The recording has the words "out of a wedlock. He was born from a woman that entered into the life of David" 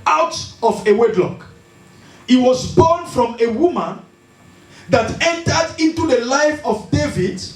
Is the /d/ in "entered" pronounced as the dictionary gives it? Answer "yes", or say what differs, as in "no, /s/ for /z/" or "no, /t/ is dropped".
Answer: yes